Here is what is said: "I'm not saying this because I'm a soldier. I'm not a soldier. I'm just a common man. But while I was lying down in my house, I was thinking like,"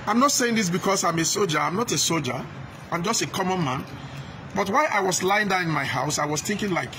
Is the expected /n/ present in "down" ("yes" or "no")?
no